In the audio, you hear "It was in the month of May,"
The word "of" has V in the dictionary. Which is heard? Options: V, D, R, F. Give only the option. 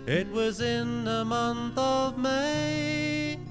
V